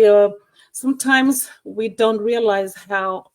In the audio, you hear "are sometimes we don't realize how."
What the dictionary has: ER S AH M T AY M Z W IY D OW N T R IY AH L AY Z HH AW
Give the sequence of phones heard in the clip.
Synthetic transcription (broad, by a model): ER S AH M T AY M Z W IY D OW N T R IY AH L AY Z HH AW